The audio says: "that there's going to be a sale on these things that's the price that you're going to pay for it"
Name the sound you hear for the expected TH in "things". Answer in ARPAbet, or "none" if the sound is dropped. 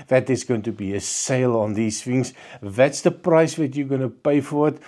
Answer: F